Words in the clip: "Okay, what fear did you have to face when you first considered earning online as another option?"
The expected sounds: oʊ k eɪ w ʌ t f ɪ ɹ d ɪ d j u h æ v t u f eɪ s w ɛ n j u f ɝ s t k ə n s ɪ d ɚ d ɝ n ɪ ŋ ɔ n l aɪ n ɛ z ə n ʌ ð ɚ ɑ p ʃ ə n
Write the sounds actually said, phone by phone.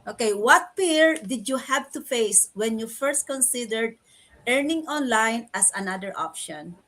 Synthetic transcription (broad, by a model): oʊ k eɪ w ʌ t p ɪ ɹ d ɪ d j u h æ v t u f eɪ s w ɛ n j u f ɝ s t k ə n s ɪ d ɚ d ɝ n ɪ ŋ ɔ n l aɪ n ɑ s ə n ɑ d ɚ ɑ p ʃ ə n